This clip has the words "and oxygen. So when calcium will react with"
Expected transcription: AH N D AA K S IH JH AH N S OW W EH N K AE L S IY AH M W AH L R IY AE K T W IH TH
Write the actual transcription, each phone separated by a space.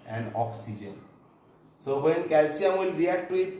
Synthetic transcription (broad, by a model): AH N D AA K S IH JH AH N S OW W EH N K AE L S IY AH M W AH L R IY AE K T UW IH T